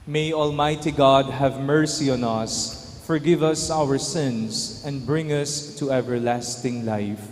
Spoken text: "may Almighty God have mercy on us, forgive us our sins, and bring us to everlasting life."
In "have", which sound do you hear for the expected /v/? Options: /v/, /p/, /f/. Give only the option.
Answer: /v/